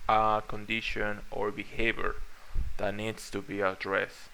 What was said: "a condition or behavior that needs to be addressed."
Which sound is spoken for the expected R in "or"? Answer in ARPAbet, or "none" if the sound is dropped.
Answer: R